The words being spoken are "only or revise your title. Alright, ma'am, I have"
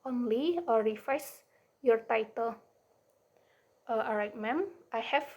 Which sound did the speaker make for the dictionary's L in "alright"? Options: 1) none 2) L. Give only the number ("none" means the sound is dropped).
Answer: 1